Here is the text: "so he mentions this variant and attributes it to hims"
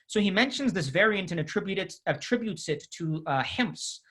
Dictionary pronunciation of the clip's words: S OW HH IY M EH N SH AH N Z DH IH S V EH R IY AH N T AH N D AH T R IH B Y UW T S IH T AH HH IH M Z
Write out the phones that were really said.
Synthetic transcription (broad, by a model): S OW HH IY M EH N SH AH N Z DH IH S V EH R IY AH N T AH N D AH T R IH B Y UW T S IH T AH HH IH M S